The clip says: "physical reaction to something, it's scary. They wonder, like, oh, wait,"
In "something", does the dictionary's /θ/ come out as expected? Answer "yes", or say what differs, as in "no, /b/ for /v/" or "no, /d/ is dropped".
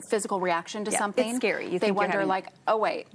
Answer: yes